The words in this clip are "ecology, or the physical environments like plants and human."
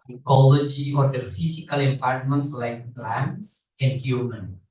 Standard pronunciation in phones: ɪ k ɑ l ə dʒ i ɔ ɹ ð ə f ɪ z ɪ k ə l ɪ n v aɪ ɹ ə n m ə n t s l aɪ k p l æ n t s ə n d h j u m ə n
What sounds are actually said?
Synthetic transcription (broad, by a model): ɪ k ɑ l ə dʒ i ɔ ɹ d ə f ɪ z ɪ k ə l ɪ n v aɪ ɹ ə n m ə n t s l aɪ k b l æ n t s ə n d h j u m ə n